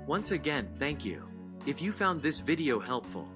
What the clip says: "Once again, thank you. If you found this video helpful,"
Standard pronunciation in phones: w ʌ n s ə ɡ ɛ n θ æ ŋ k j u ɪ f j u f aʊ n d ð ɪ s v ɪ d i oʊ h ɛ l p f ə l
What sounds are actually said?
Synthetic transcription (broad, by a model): w ʌ n s ə ɡ ɛ n θ æ ŋ k j u ɪ f j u f aʊ n ð ɪ s v ɪ d i oʊ h ɛ l p f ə l